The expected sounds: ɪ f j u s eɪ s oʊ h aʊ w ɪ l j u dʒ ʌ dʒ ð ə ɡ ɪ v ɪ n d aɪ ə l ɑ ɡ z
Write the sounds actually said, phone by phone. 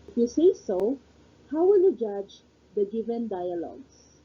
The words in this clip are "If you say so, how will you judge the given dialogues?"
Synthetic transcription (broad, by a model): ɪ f j u s eɪ s oʊ h aʊ w ɪ l j u dʒ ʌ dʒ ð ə ɡ ɪ v ɪ n d aɪ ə l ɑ ɡ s